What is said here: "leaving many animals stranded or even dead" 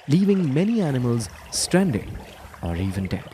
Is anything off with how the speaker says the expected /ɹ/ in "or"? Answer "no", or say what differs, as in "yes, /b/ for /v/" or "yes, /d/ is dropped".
no